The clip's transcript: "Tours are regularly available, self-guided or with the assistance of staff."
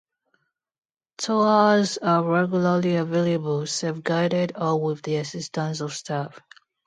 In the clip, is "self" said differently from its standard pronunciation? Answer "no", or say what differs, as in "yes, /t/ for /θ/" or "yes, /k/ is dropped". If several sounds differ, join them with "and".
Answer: yes, /l/ is dropped